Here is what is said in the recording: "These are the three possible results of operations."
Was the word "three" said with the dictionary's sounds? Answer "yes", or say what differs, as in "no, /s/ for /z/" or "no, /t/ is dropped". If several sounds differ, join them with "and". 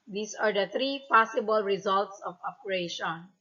no, /t/ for /θ/